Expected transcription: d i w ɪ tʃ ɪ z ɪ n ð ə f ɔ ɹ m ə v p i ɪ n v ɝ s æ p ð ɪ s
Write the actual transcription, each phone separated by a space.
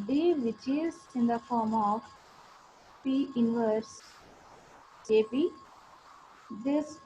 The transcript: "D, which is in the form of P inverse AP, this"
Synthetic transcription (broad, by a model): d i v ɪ tʃ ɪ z ɪ n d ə f ɔ ɹ m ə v p i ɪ n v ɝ s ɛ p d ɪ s